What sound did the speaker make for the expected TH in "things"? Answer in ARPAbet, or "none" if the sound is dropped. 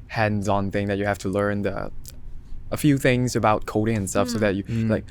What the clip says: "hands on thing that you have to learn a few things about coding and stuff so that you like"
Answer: TH